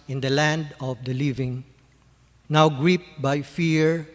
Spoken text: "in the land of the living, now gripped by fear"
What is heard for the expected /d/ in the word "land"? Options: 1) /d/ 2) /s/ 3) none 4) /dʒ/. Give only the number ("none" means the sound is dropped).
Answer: 1